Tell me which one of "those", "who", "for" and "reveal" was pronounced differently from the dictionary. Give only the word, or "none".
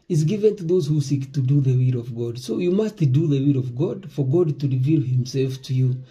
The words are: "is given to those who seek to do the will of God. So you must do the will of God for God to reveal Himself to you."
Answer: none